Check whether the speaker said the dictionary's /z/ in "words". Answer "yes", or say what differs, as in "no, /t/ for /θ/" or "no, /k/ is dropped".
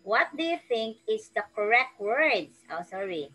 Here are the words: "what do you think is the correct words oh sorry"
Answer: no, /s/ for /z/